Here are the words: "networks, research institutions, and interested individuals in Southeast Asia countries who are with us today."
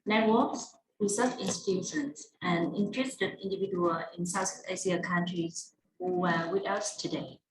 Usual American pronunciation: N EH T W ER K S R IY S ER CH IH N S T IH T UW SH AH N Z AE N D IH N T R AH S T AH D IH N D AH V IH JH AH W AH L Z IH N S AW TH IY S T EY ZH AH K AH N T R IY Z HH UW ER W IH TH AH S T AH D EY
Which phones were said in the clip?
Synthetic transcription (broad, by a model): N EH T W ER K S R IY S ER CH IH N S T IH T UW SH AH N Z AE N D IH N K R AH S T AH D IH N D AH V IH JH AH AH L IH N S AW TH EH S IY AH K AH N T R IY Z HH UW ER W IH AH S T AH D EY